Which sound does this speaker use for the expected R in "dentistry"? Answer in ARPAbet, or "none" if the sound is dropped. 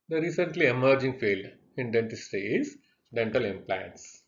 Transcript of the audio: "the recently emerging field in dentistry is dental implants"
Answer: none